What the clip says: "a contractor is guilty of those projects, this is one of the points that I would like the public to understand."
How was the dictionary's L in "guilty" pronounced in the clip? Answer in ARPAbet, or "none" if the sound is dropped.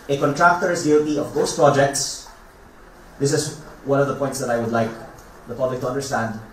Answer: none